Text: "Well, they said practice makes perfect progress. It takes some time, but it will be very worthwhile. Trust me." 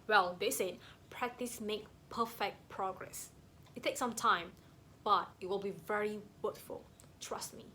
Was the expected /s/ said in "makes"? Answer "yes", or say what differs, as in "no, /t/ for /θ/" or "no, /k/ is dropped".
no, /s/ is dropped